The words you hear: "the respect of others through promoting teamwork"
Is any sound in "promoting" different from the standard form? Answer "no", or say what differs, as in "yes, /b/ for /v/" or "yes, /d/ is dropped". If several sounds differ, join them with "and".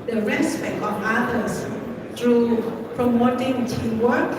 no